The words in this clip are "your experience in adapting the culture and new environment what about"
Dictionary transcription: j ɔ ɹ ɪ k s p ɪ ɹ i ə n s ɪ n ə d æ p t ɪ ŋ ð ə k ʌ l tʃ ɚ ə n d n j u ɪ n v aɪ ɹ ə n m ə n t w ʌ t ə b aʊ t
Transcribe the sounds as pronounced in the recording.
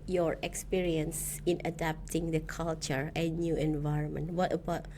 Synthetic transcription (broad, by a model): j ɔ ɹ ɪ k s p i ɹ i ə n s ɪ n ə d æ p t ɪ ŋ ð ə k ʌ l tʃ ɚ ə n n j u ɪ n v aɪ ɹ ə n m ə n t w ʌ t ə b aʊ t